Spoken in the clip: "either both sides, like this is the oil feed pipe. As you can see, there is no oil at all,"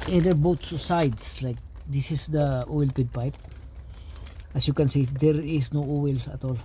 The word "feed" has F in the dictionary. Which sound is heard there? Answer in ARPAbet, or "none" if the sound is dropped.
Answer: P